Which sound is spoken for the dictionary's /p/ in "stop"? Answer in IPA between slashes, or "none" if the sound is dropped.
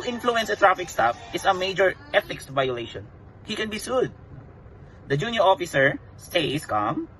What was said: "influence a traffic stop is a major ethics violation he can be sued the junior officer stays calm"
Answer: /f/